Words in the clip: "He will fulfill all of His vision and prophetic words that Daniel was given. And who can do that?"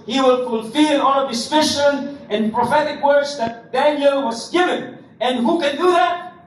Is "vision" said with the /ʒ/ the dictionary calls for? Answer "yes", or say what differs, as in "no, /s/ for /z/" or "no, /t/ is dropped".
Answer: no, /ʃ/ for /ʒ/